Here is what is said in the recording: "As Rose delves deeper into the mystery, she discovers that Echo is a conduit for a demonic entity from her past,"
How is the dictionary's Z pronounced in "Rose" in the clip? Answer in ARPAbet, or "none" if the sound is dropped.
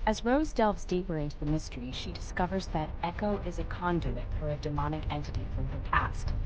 Z